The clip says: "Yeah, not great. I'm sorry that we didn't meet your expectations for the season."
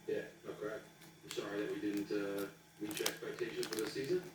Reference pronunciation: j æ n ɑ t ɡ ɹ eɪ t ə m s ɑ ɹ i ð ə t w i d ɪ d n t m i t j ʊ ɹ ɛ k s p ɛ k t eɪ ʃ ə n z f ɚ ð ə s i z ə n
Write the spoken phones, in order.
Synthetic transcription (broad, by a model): j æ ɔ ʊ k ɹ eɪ ə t s ɑ ɹ i ð ə t w i d ɪ d n t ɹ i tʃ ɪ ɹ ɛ k s p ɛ k t eɪ ʃ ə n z f ɚ ð ə s i z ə n